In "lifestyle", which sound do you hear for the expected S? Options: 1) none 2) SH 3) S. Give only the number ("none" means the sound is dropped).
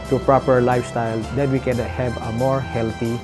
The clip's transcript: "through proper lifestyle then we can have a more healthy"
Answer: 3